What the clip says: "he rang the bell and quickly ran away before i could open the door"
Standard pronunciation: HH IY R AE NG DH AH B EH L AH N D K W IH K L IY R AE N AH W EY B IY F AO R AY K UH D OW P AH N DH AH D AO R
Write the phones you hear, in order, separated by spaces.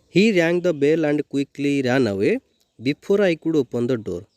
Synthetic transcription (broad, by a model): HH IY R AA NG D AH B EH L AH N D K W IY K L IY R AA N AH W EY B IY P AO R AY K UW D OW P AH N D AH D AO R